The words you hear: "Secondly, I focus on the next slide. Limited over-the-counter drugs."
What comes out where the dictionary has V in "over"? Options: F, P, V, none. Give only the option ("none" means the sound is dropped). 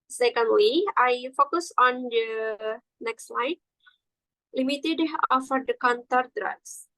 F